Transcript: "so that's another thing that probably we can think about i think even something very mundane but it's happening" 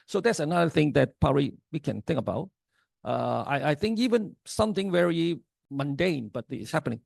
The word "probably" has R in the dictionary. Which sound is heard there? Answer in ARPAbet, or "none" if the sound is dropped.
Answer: none